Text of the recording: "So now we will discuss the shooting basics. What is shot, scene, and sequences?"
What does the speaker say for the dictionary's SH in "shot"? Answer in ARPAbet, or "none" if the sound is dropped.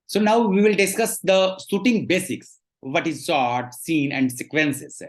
S